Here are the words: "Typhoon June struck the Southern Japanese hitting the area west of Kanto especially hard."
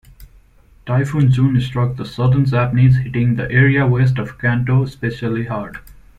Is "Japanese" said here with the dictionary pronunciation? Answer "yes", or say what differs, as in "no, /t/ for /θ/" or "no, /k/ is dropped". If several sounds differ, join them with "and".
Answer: no, /z/ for /dʒ/